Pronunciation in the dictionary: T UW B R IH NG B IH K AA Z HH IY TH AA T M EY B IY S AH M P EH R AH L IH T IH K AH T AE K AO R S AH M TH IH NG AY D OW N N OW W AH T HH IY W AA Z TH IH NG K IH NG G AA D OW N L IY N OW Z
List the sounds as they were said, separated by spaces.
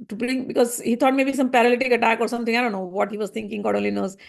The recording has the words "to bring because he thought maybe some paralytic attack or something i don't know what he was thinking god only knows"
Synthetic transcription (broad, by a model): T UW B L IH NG B IH K AA Z HH IY T AA T M EY B IY S AH M P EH R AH L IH T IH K AH T AE K AO R S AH M T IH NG AY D OW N N OW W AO T HH IY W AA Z T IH NG K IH NG G AA D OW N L IY N OW Z